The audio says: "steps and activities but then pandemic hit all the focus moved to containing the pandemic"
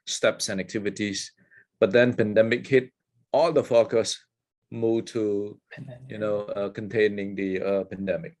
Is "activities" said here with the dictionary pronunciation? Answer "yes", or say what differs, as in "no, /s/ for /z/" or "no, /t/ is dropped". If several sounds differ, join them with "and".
no, /s/ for /z/